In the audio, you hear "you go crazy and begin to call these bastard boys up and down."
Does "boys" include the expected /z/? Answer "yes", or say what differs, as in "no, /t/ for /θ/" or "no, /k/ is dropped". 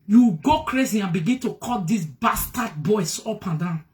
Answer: no, /s/ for /z/